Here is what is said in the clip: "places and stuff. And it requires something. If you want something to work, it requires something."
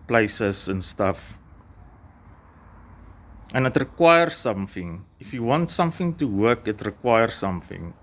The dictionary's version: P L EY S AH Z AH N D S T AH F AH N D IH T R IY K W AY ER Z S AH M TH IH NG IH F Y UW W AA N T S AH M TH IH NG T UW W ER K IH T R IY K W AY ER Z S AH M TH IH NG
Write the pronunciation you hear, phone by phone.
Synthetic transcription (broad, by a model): P L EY S AH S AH N S T AH F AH N IH T R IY K W AY ER S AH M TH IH NG IH F Y UW W AA N T S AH M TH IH NG T UW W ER K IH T R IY K W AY ER S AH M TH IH NG